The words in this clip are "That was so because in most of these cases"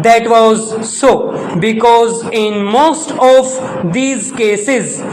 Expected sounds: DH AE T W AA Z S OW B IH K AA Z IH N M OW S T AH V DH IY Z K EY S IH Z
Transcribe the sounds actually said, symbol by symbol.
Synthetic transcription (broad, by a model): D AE T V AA Z S OW B IH K AA Z IH N M OW S T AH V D IY Z K EY S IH Z